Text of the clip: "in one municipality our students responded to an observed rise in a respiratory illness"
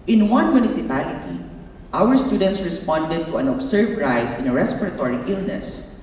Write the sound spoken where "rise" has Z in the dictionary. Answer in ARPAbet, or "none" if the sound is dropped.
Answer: S